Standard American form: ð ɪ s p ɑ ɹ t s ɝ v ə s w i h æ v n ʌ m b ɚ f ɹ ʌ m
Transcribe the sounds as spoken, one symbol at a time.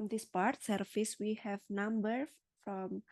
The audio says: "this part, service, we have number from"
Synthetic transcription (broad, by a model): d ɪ s p ɑ ɹ t s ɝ f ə s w i h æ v n ʌ m b ɚ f ɹ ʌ m